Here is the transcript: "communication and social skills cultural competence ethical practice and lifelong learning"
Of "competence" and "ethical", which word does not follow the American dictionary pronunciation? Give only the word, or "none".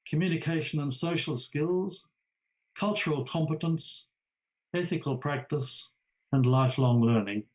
none